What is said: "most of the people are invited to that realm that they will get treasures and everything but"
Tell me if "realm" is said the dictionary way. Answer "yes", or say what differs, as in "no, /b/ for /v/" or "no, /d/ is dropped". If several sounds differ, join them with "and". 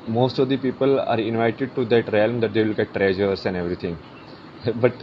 yes